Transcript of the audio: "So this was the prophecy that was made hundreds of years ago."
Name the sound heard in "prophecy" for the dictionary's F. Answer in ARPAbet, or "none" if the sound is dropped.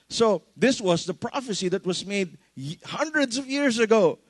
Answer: F